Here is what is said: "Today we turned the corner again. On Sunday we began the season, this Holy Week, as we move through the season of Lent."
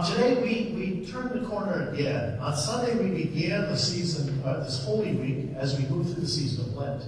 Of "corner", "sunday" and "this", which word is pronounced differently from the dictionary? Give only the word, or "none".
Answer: none